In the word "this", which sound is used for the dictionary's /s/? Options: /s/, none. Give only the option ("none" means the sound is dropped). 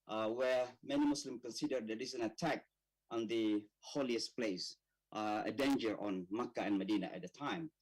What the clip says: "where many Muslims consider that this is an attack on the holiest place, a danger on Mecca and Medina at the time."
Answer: none